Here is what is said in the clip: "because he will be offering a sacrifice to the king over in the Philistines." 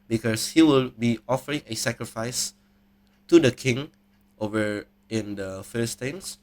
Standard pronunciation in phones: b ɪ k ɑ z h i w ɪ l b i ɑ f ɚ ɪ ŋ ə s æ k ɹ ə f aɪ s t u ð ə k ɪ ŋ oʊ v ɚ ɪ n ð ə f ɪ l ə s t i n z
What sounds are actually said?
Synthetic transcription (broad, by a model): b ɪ k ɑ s h i w ɪ l b i ɑ f ɚ ɪ ŋ ə s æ k ɹ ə f aɪ s t u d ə k ɪ ŋ oʊ v ɚ ɪ n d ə f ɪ l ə s t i n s